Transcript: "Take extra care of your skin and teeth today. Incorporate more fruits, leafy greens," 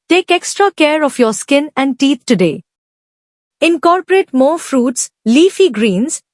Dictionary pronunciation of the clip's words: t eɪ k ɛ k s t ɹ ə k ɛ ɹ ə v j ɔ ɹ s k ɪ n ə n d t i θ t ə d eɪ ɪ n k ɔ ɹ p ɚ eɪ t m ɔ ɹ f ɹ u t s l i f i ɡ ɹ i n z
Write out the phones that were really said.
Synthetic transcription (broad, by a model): t eɪ k ɛ k s t ɹ ə k ɛ ɹ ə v j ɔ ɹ s k ɪ n ə n d t i t t ə d eɪ ɪ n k ɔ ɹ p ɚ eɪ t m ɔ ɹ f ɹ u t s l i f i ɡ ɹ i n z